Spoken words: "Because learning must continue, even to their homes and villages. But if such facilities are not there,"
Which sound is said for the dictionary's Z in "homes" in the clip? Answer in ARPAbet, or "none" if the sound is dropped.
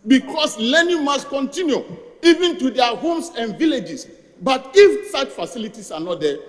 S